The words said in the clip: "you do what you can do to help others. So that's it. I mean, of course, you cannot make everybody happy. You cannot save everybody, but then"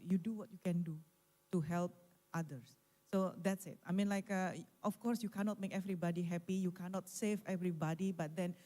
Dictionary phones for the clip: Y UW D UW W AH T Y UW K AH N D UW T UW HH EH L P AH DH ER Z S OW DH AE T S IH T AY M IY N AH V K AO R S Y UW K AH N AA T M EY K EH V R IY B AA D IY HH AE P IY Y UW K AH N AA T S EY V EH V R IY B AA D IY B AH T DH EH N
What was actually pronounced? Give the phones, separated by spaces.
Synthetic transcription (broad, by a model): Y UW D UW W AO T Y UW K AH N D UW T UW HH EH L P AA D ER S S OW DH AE T S IH T AY M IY N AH F K AO R S Y UW K AH N AA T M EY K EH V R IY B AA D IY HH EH P IY Y UW K AH N AA T S EY V EH V R IY B AA D IY B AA T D EH N